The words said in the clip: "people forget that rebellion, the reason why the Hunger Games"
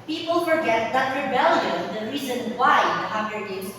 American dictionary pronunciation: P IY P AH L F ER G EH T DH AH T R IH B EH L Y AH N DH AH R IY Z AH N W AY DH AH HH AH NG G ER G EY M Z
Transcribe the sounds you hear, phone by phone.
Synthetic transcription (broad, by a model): P IY P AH L F ER G EH T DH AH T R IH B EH L Y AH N DH AH R IY Z AH N W AY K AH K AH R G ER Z